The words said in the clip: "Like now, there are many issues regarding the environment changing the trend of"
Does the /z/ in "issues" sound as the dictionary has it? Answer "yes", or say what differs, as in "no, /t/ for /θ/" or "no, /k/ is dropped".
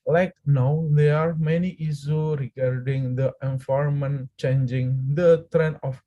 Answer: no, /z/ is dropped